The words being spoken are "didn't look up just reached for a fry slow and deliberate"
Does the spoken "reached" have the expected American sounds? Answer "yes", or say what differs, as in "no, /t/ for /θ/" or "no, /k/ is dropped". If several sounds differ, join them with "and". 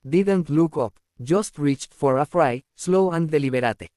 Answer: yes